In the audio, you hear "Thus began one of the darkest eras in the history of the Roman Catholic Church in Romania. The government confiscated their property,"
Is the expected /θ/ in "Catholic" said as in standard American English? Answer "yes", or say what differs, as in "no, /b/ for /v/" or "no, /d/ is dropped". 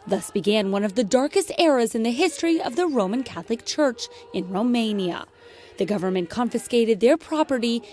yes